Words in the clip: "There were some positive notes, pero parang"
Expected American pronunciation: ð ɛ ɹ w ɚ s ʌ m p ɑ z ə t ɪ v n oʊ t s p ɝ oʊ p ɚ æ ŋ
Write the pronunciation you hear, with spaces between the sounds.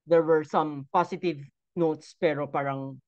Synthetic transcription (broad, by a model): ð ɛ ɹ w ɚ s ʌ m p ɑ s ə t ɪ v n oʊ t s p ɝ oʊ p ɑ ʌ ŋ